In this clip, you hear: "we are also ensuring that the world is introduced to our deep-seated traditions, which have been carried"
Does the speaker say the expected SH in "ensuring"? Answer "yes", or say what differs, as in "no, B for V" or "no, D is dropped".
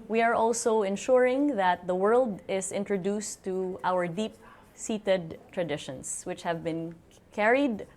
yes